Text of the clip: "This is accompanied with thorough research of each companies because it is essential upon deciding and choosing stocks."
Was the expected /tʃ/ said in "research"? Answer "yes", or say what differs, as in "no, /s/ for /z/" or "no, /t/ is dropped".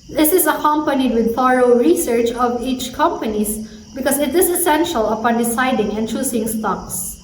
yes